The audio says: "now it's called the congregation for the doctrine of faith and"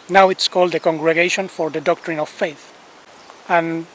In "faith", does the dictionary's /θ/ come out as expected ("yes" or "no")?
yes